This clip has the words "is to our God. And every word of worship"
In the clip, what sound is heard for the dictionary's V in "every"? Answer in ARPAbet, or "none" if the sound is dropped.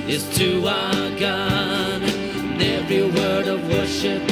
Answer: V